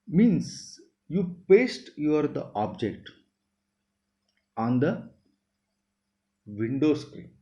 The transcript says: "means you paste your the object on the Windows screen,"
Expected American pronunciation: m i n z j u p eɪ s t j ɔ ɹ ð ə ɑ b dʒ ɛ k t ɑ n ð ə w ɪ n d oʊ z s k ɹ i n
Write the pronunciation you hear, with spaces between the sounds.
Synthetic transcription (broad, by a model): m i n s j u p eɪ s t j ɔ ɹ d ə ɑ b dʒ ɛ k t ɑ n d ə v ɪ n d oʊ s k ɹ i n